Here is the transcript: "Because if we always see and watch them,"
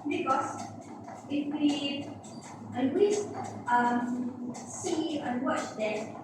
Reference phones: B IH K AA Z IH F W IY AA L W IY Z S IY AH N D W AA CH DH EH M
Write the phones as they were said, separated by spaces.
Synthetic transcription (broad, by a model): B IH K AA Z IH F W IY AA N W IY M S IY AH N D W AA CH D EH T